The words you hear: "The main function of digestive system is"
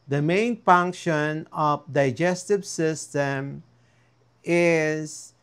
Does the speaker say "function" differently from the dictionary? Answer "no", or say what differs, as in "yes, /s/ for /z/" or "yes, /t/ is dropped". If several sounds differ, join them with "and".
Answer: no